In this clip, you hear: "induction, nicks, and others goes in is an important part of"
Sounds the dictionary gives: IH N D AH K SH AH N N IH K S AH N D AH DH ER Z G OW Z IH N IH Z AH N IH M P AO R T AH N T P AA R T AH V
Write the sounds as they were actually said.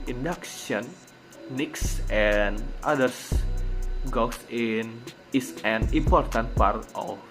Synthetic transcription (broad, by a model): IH N D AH K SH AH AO N IH K S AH N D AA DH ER S G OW S IH N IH S AH N IH M P AO R T AH N T P AA R T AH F